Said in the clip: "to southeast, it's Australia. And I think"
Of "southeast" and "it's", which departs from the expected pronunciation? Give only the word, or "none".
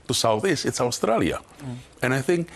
southeast